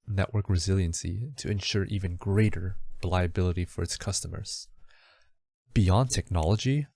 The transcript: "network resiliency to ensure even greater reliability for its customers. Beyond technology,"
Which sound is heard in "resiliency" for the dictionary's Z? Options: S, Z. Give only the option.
Z